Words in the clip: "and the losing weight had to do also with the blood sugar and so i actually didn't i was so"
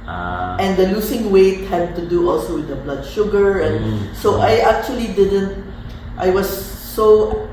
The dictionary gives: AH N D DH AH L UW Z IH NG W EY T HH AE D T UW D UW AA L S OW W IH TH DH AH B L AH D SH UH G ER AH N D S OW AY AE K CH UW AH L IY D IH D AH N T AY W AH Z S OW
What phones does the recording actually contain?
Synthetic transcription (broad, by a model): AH N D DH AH L UW S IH NG W EY T HH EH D T UW D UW AA L S OW W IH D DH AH B L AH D SH UH G ER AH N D S OW AY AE K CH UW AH L IY D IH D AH N T AY W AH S OW